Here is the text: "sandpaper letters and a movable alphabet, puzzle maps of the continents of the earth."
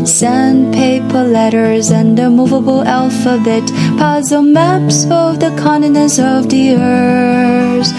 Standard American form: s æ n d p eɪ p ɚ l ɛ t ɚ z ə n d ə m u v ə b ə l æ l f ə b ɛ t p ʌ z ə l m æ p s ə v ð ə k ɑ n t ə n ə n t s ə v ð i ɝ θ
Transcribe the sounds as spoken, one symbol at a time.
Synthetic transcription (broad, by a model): s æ n p eɪ p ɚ l ɛ t ɚ z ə n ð ə m u v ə b l æ l f ə b ɛ t p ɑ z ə m æ p s ə v ð ə k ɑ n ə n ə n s ə v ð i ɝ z